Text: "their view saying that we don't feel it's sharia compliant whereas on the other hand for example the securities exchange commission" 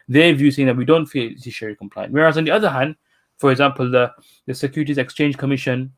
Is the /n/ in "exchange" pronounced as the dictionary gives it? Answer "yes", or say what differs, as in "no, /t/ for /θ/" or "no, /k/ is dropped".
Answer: yes